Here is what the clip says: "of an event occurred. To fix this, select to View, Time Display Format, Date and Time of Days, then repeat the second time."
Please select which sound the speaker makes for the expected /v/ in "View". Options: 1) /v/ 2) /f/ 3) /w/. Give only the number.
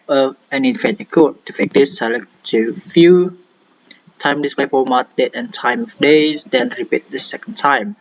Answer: 2